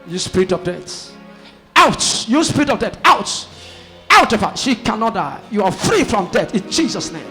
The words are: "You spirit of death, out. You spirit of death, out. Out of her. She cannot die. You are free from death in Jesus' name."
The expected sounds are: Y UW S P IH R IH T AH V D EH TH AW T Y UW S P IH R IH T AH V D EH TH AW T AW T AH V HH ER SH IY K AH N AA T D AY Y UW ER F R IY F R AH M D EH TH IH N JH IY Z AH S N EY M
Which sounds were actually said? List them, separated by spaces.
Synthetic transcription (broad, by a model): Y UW S P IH R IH T AH V D EH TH AW T Y UW S P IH R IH T AH V D EH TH AW T AW T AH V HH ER SH IY K AH N AA T D AY Y UW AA F R IY F R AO M D EH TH IH N JH IY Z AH S N EY M